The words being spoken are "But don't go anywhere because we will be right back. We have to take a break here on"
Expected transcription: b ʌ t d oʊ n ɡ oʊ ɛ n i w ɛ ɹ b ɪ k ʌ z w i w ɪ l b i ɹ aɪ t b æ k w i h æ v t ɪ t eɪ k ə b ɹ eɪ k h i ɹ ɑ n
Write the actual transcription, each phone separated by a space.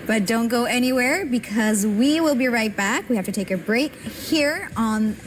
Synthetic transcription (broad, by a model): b ʌ t d oʊ n ɡ oʊ ɛ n i w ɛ ɹ b ɪ k ʌ z w i w ɪ l b i ɹ aɪ t b æ k w i h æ f t ɪ t eɪ k ə b ɹ eɪ k h i ɹ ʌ n